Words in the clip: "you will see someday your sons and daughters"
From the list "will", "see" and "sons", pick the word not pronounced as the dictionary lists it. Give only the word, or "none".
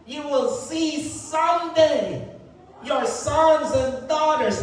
none